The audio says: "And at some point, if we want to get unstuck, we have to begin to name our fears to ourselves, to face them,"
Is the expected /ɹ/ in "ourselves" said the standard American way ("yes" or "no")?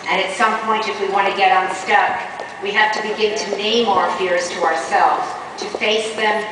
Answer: yes